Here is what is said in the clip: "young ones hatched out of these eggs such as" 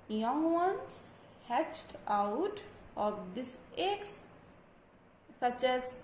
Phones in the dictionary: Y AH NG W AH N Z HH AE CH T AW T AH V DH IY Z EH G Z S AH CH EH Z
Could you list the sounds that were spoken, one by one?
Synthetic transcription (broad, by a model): Y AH NG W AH N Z HH AE CH T AW T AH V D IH S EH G S AH CH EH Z